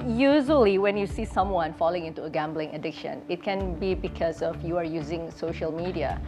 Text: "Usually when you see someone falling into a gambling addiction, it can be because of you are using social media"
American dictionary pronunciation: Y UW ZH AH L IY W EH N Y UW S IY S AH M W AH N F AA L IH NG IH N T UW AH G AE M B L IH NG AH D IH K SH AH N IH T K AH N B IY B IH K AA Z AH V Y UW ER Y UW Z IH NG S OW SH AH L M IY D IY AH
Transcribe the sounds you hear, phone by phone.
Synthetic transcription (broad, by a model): Y UW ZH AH L IY W EH N Y UW S IY S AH M W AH N F AA L IH NG IH N T UW AH G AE M B L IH NG AH D IH K SH AH N IH T K AH N B IY B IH K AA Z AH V Y UW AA Y UW Z IH NG S OW SH AH L M IY D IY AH